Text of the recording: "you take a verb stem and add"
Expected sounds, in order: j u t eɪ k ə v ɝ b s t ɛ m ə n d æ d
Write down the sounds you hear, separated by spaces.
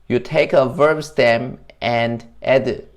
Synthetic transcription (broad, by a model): j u t eɪ k ə v ɝ b s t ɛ m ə n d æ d